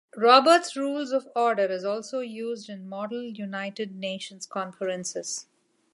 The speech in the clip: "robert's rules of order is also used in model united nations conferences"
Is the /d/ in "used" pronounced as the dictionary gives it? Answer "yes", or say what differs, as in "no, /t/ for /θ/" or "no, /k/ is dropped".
yes